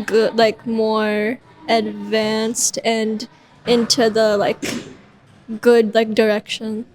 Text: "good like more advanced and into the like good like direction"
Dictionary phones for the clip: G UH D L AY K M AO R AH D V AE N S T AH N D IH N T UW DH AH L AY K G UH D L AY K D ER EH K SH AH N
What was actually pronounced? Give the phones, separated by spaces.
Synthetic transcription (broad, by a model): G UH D L AY K M AO R AH D V AE N S T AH N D IH N T UW DH AH L AY K G UH D L AY K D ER EH K SH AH N